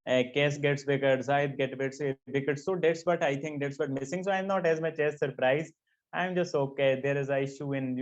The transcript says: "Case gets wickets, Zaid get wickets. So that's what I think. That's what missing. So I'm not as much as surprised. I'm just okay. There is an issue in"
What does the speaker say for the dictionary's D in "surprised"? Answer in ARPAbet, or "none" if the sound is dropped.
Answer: none